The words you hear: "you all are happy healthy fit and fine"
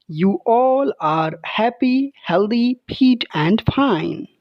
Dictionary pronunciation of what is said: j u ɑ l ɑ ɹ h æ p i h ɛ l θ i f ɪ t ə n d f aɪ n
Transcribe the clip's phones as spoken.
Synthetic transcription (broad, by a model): j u ɑ l ɑ ɹ h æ p i h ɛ l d i p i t ə n d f aɪ n